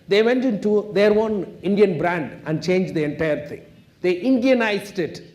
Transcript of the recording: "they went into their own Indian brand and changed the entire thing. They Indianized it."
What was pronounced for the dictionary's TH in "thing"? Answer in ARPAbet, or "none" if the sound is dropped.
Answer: T